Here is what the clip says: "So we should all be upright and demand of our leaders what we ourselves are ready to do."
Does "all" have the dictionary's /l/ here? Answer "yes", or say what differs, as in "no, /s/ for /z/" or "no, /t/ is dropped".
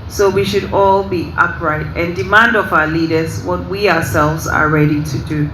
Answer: yes